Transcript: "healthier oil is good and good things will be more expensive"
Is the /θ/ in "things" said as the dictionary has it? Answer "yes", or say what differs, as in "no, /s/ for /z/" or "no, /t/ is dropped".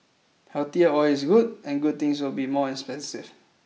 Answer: no, /t/ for /θ/